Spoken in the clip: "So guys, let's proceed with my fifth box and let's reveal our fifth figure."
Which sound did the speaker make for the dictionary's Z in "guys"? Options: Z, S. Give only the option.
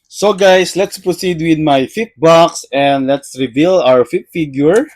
S